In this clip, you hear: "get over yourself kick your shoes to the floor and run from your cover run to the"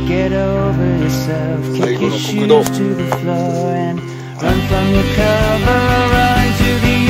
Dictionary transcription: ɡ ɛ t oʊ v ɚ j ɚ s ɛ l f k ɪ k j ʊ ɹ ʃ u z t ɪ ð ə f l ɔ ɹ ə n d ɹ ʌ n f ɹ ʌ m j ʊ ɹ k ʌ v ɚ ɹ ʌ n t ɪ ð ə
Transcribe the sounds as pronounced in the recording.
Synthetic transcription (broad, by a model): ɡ ɛ t oʊ v ɚ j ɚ s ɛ l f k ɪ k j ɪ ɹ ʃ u t ɪ ð ə f l ɔ ɹ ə n ɹ ʌ n f ɹ ʌ m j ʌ ɹ k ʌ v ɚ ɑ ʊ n t ɪ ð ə